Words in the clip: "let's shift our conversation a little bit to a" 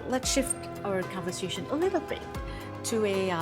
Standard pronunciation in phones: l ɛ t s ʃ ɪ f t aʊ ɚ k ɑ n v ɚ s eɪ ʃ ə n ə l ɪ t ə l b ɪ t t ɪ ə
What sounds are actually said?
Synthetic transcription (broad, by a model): l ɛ t s ʃ ɪ f t aʊ ɚ k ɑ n v ɚ s eɪ ʃ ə n ə l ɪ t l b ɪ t t ɪ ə